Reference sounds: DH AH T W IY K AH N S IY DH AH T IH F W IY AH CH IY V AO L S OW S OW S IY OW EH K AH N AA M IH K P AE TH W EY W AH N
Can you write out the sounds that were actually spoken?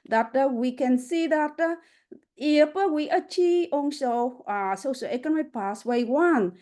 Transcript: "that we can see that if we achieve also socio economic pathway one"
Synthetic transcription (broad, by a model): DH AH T W IY K AH N S IY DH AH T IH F W IY AH CH IY V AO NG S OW S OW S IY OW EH K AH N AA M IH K P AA S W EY W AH N